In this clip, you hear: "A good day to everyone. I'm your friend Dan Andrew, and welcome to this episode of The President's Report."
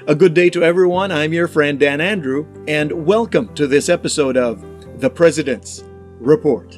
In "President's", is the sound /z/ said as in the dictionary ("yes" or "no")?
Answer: yes